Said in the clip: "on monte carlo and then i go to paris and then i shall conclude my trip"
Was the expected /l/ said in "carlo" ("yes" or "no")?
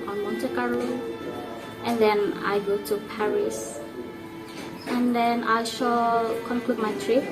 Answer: no